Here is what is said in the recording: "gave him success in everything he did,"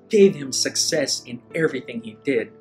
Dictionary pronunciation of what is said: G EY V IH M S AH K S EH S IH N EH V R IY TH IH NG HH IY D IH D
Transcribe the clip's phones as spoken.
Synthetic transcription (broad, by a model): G EY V IH M S AH K S EH S IH N EH V R IY TH IH NG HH IY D IH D